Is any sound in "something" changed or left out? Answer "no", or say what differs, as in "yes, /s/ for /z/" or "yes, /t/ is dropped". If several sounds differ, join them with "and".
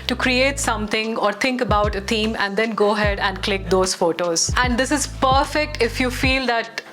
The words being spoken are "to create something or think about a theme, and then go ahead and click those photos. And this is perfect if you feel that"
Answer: yes, /t/ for /θ/